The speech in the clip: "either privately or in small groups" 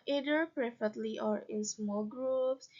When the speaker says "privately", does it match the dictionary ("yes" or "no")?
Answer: no